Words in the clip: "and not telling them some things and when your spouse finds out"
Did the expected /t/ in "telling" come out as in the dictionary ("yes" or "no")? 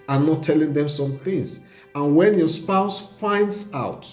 yes